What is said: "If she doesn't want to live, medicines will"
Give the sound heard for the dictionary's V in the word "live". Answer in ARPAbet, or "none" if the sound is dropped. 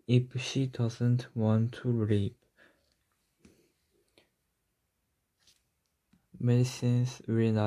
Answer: P